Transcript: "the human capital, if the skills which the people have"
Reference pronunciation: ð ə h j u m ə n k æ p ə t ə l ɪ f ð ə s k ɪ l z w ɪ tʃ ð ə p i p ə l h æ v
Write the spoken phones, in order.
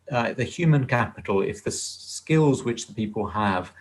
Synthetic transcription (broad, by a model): ð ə h j u m ə n k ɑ p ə t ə l ɪ f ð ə s k ɪ l z w ɪ tʃ ð ə p i p ə l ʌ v